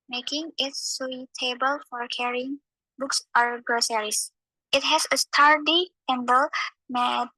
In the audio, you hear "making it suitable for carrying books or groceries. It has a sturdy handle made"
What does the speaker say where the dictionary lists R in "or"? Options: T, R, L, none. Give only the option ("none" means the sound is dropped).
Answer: R